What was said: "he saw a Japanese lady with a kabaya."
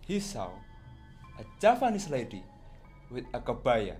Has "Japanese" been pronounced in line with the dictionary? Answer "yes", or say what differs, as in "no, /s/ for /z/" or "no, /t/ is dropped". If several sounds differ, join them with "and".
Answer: no, /f/ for /p/ and /s/ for /z/